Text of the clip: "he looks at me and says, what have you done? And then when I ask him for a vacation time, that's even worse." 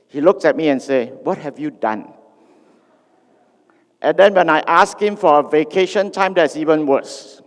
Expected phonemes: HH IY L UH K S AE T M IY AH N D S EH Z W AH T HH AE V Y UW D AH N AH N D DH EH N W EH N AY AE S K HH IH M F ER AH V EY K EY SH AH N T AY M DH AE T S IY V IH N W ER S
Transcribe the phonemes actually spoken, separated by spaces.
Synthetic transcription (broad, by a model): HH IY L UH K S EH T M IY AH N S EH W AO T HH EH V Y UW D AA N AH N D EH N W EH N AY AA S K HH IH M F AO AH V EY K EY SH AH N T AY M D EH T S IY V IH N W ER S